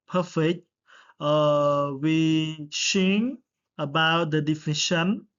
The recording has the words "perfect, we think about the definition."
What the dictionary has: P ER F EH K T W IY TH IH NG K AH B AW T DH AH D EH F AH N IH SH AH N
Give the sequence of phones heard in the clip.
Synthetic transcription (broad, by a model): P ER F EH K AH W IY S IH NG AH B AW T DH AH D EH F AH N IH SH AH N